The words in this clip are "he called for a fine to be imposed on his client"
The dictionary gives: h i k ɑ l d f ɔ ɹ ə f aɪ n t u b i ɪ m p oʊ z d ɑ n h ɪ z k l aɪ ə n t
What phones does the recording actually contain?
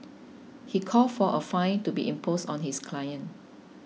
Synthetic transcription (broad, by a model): h i k ɑ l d f ɔ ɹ ə f aɪ n t u b i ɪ m p oʊ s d ɑ n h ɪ s k l aɪ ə n